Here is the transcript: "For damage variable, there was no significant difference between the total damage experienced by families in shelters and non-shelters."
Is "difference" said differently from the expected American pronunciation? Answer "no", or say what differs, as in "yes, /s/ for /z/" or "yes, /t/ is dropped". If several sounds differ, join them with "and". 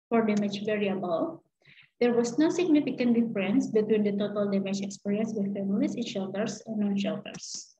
no